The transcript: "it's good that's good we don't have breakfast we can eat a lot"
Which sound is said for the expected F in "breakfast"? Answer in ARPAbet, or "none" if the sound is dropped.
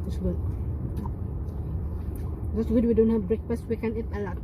P